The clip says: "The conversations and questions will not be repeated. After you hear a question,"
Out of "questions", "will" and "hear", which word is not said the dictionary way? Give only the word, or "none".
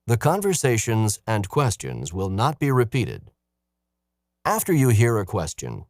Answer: none